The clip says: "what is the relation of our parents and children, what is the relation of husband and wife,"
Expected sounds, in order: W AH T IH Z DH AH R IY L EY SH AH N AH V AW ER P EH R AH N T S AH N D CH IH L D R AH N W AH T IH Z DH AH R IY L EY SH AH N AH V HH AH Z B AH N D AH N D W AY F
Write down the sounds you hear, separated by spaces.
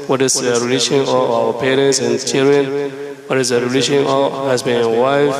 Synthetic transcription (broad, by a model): W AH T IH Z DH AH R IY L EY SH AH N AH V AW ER P EH R AH N T S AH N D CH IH L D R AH N W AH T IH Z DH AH R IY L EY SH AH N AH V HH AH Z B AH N AH W AY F